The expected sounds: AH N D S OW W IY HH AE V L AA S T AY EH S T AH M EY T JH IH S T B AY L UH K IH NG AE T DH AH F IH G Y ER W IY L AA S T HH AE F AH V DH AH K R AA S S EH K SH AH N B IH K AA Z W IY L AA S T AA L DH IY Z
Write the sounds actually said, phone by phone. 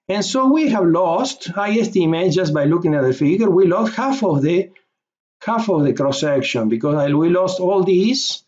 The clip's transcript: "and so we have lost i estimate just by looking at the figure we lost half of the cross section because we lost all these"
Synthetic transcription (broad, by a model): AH N S OW W IY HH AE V L AA S T AY EH S T AH M EY T JH IH S T B AY L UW K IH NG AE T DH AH F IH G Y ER W IY L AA S T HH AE F AH V DH AH K R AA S S EH K SH AH N B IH K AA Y W IY L AA S T AA L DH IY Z